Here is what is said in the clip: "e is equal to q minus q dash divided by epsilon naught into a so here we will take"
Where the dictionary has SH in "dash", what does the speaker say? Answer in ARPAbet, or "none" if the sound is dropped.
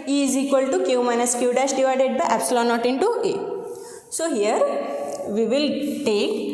S